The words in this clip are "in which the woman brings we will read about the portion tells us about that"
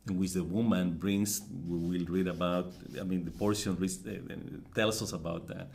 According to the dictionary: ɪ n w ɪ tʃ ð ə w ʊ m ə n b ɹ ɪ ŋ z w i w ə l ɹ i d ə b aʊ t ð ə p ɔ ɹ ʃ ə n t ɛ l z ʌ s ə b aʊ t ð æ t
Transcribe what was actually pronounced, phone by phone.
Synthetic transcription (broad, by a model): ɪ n w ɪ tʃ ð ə w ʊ m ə n b ɹ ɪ ŋ s w i w ə l ɹ i d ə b aʊ t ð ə p ɔ ɹ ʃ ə n t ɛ l s ʌ s ə b aʊ t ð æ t